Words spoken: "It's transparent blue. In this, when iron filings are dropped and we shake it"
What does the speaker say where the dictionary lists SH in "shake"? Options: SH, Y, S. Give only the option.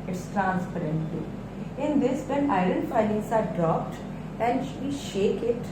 SH